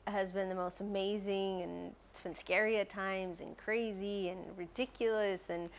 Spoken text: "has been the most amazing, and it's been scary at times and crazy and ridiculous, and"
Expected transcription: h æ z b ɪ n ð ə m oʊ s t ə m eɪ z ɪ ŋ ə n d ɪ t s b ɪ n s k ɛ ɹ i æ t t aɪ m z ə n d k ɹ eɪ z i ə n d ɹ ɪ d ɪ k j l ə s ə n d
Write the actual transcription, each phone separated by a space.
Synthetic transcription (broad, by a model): h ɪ z b ɪ n ð ə m oʊ s t ə m eɪ z ɪ ŋ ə n s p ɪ n s k ɛ ɹ i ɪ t t aɪ m z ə n k ɹ eɪ z i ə n ɹ ɪ d ɪ k j l ə s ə n